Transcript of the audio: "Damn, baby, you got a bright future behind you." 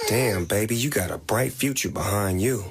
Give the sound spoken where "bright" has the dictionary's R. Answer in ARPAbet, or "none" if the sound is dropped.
R